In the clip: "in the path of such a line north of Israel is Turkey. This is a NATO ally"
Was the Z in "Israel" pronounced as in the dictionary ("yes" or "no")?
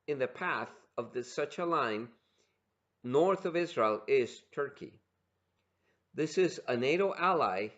yes